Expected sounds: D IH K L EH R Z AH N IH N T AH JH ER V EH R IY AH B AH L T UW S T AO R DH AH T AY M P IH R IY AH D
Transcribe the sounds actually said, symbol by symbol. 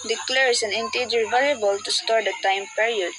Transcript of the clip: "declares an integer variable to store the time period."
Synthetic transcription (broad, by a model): D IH K L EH R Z AH N IH N T AH JH ER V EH L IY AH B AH L T UW S T AO R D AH T AY M P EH R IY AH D